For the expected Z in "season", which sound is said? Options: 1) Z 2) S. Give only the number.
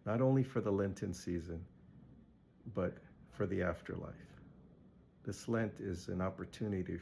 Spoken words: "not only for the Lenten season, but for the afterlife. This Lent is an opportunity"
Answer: 1